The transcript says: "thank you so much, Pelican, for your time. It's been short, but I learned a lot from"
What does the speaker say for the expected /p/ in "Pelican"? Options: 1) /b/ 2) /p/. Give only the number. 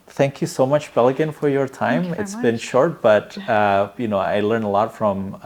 1